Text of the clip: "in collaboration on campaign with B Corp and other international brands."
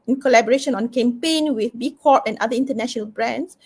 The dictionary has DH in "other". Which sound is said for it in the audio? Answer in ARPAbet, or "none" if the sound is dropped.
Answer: none